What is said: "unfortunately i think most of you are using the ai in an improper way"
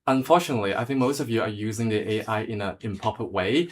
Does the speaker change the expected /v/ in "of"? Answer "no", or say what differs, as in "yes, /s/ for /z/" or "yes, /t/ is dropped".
no